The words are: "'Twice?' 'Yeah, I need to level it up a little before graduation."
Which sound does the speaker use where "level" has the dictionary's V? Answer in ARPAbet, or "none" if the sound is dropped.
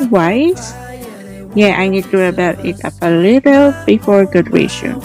none